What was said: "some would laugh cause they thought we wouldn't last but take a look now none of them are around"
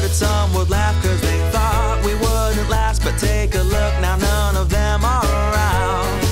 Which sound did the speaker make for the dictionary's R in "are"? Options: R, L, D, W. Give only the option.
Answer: L